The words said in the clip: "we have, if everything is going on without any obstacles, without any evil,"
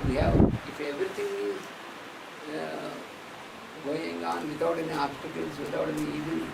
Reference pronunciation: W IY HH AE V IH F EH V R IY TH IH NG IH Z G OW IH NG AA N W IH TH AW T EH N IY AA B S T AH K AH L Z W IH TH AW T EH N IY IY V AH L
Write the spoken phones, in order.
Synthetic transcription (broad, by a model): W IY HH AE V IH F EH V R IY T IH NG IH Z G OW IH NG AA N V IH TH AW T EH N IY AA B S T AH K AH L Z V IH T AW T EH N IY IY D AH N